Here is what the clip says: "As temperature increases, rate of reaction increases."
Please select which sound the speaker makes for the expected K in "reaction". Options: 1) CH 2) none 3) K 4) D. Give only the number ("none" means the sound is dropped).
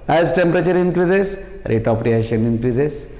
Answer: 2